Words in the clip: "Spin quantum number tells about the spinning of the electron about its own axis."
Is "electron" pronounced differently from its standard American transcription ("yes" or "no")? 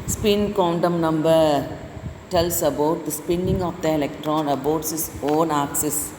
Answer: no